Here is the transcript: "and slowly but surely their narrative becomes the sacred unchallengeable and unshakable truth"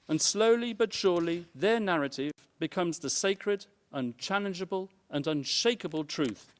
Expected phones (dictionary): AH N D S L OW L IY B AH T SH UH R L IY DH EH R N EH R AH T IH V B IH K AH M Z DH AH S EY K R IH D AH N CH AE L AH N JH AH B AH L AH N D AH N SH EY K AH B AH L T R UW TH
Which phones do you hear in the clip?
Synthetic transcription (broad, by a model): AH N S L OW L IY B AH T SH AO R L IY DH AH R N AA R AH T IH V B IH K AH M Z DH AH S EY K R IH D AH N CH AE L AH N JH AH B AH L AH N AH N SH EY K AH B AH L T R UW TH